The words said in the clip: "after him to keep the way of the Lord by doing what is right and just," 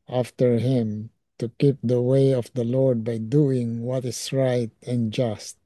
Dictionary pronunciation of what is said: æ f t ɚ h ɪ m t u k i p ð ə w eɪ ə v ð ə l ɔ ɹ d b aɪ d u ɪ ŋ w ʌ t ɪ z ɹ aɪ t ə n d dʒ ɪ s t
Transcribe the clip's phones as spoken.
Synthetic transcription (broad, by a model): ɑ f t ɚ h ɪ m t u k i p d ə w eɪ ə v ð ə l ɔ ɹ d b aɪ d u ɪ ŋ w ʌ t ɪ s ɹ aɪ t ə n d dʒ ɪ s t